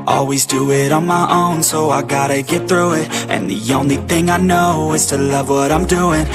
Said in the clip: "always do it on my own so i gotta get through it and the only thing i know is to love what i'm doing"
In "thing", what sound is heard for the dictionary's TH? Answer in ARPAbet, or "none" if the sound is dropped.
TH